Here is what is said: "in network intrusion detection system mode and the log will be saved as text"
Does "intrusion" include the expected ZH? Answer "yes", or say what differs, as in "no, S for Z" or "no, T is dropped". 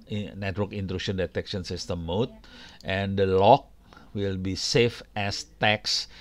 no, SH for ZH